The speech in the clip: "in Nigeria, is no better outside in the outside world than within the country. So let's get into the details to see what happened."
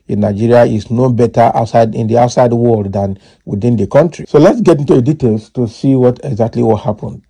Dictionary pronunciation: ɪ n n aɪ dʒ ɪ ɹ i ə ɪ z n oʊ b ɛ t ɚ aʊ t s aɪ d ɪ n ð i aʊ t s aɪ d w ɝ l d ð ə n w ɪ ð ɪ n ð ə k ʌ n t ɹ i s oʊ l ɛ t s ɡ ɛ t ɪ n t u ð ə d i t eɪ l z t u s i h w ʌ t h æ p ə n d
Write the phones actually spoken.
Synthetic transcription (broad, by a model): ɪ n n aɪ dʒ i ɹ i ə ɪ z n oʊ b ɛ t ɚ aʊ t s aɪ d ɪ n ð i aʊ t s aɪ d w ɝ l d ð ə n w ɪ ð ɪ n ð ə k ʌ n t ɹ i s oʊ l ɛ t s ɡ ɛ t ɪ n t u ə d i t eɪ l s t u s i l w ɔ t h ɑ p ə n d